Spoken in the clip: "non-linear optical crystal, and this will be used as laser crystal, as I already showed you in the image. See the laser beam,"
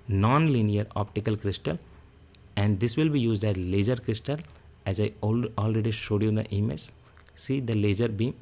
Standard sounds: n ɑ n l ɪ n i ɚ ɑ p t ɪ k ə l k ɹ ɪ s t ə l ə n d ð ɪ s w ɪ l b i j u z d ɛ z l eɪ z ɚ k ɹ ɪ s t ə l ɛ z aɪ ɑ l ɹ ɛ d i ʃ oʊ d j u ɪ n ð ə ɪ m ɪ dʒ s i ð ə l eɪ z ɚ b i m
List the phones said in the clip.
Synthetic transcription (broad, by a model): n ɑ n l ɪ n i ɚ ɑ p t ɪ k ə l k ɹ ɪ s t ə l ə n d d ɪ s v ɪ l b i j u z d ɛ z l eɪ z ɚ k ɹ ɪ s t ə l ɛ z aɪ ɑ l ɹ ɛ d i ʃ oʊ d j u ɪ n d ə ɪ m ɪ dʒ s i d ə l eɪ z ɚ b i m